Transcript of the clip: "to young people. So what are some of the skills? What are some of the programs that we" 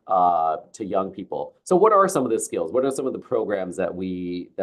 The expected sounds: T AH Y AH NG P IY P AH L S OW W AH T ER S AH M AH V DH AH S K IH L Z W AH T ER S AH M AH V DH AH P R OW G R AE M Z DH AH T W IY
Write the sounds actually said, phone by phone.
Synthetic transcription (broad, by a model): T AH Y AH NG P IY P L S OW W AH T ER S AH M AH V DH AH S K IH L Z W AH T ER S AH M AH V DH AH P R OW G R AE M Z DH AH T W IY